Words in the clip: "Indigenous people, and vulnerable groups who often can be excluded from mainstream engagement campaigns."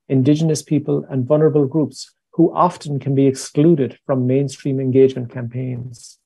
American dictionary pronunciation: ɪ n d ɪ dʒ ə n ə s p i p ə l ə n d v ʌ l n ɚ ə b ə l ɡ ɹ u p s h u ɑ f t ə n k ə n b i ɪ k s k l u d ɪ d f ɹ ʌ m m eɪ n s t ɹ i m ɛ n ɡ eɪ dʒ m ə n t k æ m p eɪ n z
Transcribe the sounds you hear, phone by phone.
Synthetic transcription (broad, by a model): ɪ n d ɪ dʒ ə n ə s p i p ə l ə n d v ʌ l n ɚ ə b ə l ɡ ɹ u p s h u ɑ f t ə n k ə n b i ɪ k s k l u d ɪ d f ɹ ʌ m m eɪ n s t ɹ i m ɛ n ɡ eɪ dʒ m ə n k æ m p eɪ n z